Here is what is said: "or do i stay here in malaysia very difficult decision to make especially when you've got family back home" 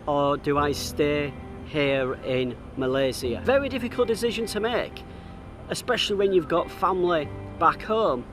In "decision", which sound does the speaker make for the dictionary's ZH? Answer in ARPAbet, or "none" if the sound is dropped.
ZH